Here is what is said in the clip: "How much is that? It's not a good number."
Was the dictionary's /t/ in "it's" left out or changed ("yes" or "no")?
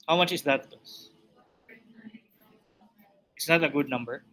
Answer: yes